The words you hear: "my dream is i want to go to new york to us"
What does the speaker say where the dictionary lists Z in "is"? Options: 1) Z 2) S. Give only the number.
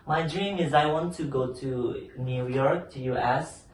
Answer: 1